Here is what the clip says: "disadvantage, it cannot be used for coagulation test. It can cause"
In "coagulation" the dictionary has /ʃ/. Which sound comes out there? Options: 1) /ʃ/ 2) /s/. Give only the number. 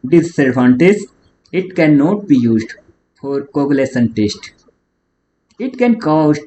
2